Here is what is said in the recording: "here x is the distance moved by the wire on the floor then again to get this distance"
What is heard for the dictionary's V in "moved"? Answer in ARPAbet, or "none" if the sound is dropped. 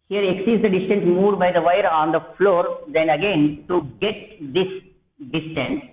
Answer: none